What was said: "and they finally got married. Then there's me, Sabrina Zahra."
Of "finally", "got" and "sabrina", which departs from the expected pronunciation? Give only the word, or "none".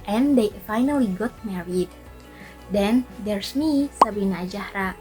sabrina